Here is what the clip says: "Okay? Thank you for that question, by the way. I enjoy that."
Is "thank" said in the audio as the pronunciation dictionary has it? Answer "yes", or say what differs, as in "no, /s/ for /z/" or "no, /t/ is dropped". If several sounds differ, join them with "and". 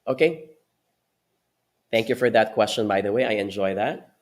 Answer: yes